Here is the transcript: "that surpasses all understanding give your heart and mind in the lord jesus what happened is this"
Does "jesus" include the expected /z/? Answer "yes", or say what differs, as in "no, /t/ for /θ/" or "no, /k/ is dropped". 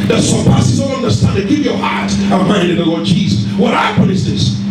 yes